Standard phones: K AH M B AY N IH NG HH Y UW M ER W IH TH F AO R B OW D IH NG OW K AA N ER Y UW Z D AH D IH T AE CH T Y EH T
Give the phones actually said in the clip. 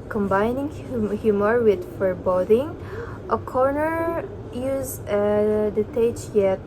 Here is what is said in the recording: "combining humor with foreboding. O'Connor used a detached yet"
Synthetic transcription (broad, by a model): K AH M B AY N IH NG HH Y UW M ER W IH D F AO R B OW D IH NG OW K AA N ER Y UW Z AH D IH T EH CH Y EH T